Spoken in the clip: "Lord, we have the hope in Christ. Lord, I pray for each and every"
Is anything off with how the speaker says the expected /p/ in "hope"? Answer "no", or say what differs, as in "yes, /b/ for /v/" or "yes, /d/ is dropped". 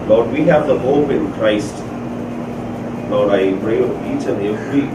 no